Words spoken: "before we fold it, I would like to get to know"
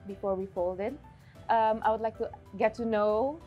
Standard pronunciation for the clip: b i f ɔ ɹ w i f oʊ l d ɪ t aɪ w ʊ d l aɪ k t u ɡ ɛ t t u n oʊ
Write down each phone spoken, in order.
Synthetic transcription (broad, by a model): b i f ɔ ɹ w i f oʊ l d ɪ t aɪ w ʊ d l aɪ k t u ɡ ɛ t t u n oʊ